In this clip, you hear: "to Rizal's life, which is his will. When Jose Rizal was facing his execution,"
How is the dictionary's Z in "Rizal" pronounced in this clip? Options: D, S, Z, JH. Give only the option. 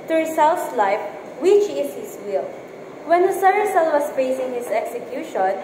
S